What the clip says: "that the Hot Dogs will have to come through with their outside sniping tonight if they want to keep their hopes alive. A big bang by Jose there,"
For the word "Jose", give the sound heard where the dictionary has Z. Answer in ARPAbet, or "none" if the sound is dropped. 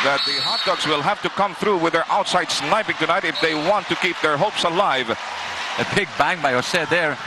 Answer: S